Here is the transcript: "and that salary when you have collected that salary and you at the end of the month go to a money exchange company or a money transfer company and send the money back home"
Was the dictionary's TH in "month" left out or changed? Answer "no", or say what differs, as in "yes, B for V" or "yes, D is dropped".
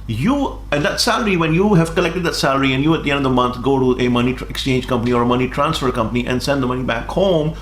yes, T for TH